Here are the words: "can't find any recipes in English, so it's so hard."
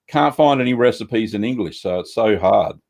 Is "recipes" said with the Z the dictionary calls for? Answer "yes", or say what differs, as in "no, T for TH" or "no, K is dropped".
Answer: yes